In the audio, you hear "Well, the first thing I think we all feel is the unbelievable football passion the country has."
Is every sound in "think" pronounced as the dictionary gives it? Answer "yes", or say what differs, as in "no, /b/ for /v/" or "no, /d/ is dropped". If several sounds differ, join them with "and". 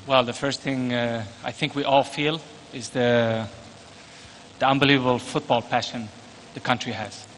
yes